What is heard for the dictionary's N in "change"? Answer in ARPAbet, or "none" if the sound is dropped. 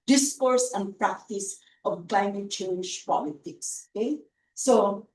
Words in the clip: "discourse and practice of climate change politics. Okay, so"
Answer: L